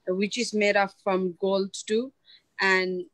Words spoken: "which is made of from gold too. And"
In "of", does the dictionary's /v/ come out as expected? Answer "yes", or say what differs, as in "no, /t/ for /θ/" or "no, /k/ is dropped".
no, /p/ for /v/